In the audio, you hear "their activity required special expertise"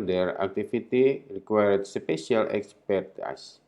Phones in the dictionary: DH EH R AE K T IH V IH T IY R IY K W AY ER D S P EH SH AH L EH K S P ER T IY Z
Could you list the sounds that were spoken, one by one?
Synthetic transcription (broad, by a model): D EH R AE K T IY F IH T IY R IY K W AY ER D S P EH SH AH L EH K S P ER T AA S